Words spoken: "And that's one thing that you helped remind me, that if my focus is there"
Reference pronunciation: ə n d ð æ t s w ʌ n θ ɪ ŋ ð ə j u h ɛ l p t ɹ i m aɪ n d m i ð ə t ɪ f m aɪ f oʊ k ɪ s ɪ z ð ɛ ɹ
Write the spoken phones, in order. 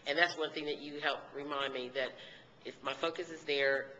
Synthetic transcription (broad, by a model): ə n ð æ t s w ʌ n θ ɪ ŋ ð ə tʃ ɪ h ɛ l p ɹ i m aɪ n m i ð ə t ɪ f m aɪ f oʊ k ɪ s ɪ z ð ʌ ɹ